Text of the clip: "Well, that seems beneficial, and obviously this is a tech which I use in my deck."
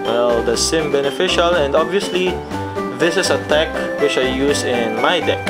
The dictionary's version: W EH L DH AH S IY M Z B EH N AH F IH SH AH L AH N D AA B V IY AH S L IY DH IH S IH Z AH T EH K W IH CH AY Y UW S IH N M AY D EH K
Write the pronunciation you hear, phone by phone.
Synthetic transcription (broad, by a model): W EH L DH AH S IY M B EH N AH F IH SH AH L AH N D AA B V IY AH S L IY DH IH S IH S AH T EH K W IH CH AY Y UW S IH N M AY D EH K